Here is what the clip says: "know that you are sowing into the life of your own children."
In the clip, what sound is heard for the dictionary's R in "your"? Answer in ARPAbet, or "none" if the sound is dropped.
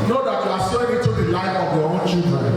W